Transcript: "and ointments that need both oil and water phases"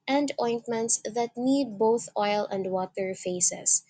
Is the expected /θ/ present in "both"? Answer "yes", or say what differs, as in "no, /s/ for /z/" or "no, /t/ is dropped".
yes